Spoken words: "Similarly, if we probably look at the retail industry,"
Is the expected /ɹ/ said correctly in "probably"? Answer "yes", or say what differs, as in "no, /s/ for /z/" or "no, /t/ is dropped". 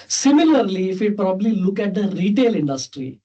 yes